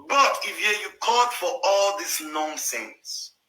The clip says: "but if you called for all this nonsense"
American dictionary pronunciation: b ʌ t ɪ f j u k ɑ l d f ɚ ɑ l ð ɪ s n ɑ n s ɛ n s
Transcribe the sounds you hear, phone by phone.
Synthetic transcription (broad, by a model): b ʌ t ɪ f j u k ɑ d f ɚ ɑ l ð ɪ s n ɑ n s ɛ n s